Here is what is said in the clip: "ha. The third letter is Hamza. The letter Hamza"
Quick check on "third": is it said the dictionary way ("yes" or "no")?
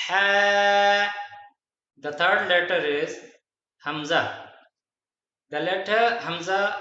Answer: no